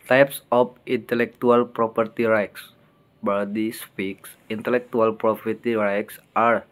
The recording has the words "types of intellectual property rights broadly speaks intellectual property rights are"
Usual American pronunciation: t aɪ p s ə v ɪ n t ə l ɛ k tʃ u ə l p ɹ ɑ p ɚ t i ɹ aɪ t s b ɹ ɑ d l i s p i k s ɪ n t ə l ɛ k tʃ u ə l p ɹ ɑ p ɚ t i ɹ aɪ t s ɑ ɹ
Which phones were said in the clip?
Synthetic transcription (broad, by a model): t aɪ p s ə f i n t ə l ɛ k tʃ u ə l p ɹ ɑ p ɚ t i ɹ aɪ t s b ɑ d i s p i k s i n t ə l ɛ k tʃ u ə l p ɹ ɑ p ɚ t i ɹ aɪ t s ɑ ɹ